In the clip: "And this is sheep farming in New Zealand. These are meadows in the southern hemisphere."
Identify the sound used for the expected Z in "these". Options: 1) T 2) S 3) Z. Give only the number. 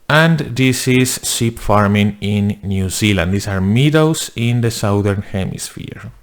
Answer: 2